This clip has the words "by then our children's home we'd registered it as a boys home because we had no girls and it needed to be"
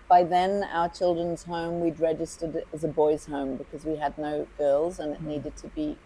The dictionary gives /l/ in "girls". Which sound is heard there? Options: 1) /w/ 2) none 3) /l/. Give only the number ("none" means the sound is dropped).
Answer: 3